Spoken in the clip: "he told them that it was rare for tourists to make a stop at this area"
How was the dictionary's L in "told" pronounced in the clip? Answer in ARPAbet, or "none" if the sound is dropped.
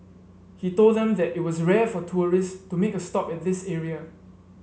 L